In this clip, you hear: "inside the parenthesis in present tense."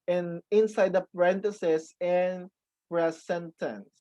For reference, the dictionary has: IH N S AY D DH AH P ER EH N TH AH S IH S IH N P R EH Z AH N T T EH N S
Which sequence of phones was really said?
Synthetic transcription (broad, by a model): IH N S AY D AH P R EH N T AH S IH S IH N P R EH S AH N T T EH N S